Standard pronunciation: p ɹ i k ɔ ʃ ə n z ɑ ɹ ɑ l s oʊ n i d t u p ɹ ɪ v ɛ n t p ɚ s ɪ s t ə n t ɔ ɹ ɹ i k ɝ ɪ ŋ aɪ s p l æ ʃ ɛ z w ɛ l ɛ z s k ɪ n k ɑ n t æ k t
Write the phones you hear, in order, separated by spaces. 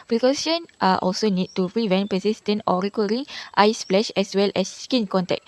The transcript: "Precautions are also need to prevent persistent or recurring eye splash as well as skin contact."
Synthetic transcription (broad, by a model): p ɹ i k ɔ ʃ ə n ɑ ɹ ɑ l s oʊ n i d t u p ɹ ɪ v ɛ n t p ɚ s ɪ s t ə n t ɔ ɹ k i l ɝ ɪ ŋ aɪ s f l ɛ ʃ ɛ s w ɛ l ɛ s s k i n k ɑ n t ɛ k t